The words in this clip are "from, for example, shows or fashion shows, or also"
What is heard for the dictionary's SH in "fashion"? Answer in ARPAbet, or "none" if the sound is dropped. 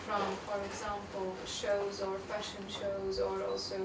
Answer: SH